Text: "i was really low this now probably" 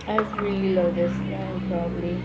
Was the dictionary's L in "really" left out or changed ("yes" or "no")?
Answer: no